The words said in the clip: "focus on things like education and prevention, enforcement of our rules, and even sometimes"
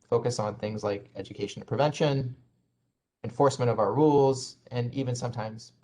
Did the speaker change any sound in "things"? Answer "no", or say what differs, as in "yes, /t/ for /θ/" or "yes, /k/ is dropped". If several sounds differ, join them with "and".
no